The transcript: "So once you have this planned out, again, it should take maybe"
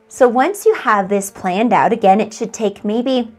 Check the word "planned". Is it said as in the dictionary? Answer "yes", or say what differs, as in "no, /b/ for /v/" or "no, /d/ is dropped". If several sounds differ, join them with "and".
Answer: yes